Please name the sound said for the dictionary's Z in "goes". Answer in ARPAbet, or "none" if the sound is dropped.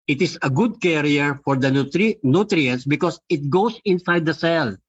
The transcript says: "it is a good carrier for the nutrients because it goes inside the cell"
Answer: S